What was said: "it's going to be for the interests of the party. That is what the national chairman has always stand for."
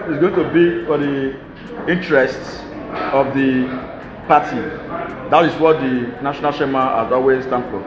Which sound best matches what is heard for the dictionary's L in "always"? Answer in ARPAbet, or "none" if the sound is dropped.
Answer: none